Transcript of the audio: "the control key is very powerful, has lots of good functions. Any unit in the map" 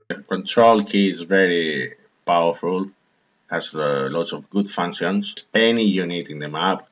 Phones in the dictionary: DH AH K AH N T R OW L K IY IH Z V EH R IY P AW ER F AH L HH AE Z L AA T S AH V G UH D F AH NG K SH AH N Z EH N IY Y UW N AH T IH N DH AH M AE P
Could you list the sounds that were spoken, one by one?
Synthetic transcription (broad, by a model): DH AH K AH N T R OW L K IY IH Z V EH R IY P AW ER F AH L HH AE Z L AA T S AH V G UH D F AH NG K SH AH N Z EH N IY Y UW N AH T IH N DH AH M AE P